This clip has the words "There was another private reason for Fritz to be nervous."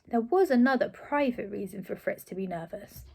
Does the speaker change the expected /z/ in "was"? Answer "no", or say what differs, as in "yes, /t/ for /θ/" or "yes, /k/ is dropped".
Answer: no